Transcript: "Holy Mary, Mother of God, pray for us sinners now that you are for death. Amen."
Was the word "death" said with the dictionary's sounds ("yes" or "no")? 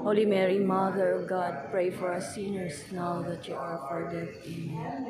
no